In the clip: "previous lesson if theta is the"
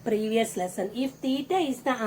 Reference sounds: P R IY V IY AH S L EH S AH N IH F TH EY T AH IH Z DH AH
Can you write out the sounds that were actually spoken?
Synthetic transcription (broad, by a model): P R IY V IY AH S L EH S AH N IH F T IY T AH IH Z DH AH